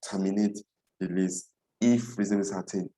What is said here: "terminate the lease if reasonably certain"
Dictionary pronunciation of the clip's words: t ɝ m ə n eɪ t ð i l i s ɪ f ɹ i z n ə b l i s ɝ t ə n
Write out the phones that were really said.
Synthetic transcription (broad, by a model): t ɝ m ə n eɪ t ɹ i l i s ɪ f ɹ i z ə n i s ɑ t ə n